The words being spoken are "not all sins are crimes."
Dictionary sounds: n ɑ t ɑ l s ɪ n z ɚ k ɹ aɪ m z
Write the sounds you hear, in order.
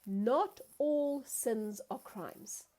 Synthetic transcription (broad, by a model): n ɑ t ɑ l s ɪ n z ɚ k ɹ aɪ m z